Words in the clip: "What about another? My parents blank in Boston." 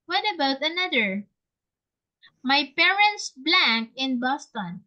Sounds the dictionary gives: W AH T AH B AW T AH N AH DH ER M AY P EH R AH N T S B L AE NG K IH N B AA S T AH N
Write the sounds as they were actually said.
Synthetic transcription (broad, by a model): W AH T AH B AW T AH N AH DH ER M AY P EH R AH N T S B L AE NG K IH N B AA S T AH N